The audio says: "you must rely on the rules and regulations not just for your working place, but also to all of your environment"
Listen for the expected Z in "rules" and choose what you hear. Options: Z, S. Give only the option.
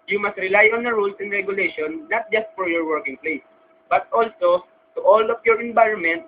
S